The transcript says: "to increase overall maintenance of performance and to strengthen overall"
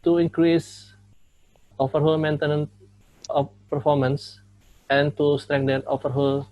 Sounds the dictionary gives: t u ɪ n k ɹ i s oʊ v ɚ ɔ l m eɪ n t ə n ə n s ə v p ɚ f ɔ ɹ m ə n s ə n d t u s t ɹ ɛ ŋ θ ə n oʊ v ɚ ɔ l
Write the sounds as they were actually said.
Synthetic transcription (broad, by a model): t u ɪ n k ɹ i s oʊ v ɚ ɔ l m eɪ n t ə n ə n ə p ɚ f ɔ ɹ m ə n s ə n t u s t ɹ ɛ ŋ t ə n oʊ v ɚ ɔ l